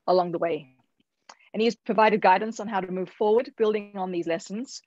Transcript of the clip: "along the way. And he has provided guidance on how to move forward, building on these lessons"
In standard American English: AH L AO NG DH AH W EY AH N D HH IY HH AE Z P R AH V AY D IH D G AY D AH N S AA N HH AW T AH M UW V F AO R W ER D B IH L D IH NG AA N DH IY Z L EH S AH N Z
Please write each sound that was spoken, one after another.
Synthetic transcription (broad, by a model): AH L AO NG DH AH W EY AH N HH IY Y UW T P R AH V AY D IH D G AY D N S N HH AW T AH M UW V F AO R W ER D B IH L D IH NG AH N DH IY Z L EH S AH N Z